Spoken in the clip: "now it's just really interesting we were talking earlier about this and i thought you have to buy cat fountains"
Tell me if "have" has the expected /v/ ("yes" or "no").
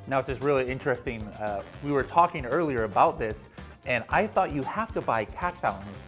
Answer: no